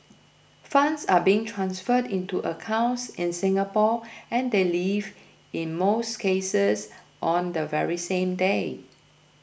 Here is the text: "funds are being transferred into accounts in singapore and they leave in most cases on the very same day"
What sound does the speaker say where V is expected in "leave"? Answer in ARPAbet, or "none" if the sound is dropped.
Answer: V